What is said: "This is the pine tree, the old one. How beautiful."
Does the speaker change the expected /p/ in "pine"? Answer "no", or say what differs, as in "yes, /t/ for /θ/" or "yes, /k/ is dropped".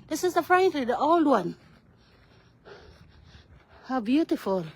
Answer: yes, /f/ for /p/